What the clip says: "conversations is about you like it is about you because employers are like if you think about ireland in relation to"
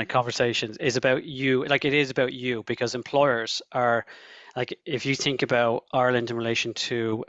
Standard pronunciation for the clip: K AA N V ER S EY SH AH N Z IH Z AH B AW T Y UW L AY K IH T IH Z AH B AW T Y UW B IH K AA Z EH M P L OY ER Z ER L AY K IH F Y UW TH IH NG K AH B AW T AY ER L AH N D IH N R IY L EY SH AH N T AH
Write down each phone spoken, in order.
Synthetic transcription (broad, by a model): K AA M V ER S EY SH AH N Z IH Z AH B AW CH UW L AY K IH T IH Z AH B AW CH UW B IH K AA Z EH M P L OY ER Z ER L AY K IH F Y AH TH IH NG K AH B AW T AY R L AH N D IH N R IY L EY SH AH N T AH